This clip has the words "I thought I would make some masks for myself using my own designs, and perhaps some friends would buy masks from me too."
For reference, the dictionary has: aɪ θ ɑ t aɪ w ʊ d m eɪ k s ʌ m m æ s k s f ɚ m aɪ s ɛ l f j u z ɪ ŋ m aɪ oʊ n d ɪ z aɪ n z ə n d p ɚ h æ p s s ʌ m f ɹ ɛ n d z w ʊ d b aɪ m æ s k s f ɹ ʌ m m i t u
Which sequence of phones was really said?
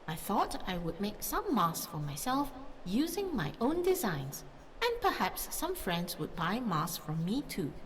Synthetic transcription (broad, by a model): aɪ θ ɑ t aɪ w ʊ d m eɪ k s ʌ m m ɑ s s f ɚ m aɪ s ɛ l f j u z ɪ ŋ m aɪ oʊ n d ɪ z aɪ n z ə n p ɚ h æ p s s ʌ m f ɹ ɛ n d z w ʊ d b aɪ m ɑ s s f ɹ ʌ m m i t u